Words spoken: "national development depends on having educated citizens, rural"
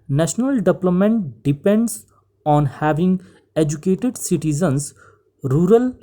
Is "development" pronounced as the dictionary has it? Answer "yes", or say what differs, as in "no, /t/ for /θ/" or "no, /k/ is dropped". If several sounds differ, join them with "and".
no, /p/ is dropped